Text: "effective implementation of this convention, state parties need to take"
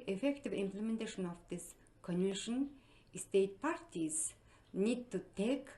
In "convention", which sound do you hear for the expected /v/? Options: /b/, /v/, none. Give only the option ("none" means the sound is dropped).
none